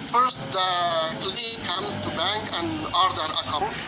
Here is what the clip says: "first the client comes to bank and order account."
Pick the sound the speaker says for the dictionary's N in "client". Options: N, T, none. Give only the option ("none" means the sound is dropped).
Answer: none